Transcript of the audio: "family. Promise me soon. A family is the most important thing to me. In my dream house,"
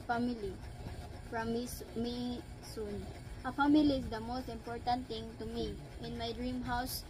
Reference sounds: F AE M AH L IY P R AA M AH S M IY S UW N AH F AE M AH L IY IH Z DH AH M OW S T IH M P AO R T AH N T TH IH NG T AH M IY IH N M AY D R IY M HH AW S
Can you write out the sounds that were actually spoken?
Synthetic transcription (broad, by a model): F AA M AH L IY F R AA M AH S M IY S UW N AH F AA M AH L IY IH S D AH M OW S T IH M P AO R T AH N T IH NG T AH M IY IH N M AY D R IY M HH AW S